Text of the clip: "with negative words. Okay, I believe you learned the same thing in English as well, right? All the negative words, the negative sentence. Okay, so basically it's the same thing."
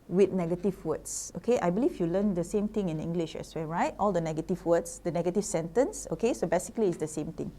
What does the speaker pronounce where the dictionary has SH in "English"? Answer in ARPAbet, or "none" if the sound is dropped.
SH